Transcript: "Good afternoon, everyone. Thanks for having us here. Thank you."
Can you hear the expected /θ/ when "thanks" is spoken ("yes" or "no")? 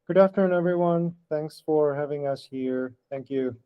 yes